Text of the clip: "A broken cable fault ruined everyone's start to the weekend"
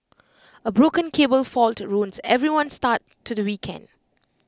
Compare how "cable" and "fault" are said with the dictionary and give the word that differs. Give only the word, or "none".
none